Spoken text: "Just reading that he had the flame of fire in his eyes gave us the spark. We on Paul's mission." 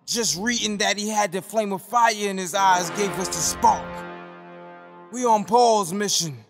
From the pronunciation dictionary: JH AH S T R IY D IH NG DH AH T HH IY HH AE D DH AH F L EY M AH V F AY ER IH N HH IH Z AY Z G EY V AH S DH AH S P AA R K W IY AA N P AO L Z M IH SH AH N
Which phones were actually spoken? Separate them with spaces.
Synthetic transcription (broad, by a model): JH AH S T R IY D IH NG DH AH T HH IY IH D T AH F L EY M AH F AY ER IH N IH Z AY Z G EY V AH S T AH S P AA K W IY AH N P AO L Z M IH SH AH N